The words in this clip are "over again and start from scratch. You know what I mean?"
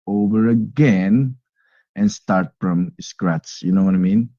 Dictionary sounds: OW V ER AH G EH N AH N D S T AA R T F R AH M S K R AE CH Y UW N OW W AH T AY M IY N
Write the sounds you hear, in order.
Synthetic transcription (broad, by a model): OW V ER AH G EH N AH N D S T AA R T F R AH M S K R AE S Y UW N OW W AH T AY M IY N